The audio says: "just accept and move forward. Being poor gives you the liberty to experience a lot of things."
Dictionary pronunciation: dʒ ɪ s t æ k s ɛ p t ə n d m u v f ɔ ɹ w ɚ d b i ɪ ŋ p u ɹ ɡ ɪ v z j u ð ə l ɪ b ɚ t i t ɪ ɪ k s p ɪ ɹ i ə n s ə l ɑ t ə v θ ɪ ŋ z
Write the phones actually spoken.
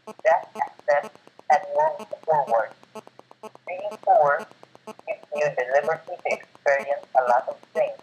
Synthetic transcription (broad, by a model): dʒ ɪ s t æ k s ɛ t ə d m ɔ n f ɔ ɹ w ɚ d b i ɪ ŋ f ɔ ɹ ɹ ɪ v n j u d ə l ɪ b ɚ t i t ɪ ɪ k s p ɪ ɹ i ə n s ə l ɑ t ə v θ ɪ ŋ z